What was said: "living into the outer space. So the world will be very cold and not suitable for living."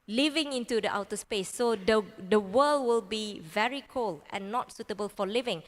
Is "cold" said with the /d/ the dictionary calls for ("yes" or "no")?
no